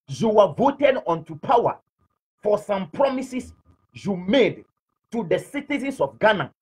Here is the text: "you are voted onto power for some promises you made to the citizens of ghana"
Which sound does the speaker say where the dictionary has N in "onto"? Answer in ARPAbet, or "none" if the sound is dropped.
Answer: N